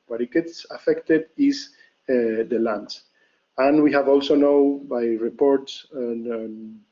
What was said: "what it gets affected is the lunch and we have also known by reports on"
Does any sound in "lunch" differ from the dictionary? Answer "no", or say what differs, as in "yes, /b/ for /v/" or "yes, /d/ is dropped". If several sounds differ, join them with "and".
yes, /s/ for /tʃ/